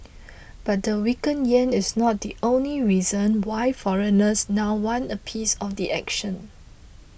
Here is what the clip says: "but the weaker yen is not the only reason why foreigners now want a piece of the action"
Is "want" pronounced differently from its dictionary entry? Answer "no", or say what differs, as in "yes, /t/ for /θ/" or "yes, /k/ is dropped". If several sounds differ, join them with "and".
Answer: yes, /t/ is dropped